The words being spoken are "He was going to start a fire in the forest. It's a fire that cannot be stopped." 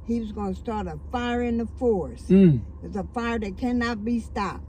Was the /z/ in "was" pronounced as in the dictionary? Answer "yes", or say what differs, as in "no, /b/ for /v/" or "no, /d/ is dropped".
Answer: yes